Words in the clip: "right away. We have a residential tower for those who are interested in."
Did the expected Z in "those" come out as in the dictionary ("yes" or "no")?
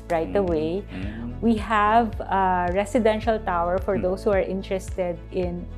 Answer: no